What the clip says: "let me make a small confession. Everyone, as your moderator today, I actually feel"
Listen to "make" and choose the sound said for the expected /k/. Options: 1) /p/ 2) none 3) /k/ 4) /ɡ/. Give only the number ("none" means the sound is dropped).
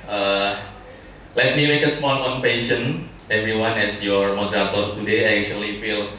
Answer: 3